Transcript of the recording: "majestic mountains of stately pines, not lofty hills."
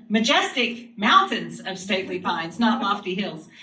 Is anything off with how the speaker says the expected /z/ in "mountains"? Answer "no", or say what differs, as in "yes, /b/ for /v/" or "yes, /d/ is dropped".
no